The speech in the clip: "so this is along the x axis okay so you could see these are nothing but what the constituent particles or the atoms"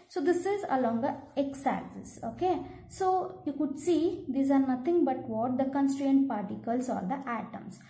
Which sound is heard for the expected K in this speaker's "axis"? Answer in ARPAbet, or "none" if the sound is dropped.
none